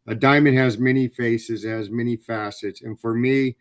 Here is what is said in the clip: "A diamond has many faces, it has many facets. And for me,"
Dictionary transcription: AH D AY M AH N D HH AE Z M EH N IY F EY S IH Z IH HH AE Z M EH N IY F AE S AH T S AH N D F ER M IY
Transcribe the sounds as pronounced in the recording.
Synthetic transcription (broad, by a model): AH D AY M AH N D HH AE Z M EH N IY F EY S IH Z IH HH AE Z M EH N IY F AE S AH T S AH N F ER M IY